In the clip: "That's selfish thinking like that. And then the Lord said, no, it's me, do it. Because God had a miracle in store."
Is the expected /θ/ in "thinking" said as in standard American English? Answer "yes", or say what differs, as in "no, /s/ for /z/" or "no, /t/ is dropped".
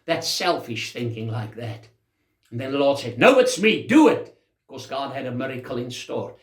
yes